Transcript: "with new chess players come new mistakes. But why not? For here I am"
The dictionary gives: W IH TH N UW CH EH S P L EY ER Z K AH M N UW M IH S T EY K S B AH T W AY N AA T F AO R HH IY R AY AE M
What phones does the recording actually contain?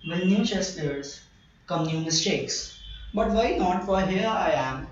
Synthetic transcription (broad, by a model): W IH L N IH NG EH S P EY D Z K AH M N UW M IH S T EY K S B AH T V AY N AA T F AO R HH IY R AY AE M